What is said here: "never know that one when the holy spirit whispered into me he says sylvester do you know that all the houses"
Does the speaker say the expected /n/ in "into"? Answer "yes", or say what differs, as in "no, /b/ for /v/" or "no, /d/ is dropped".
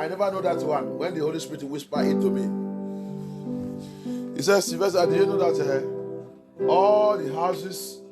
no, /n/ is dropped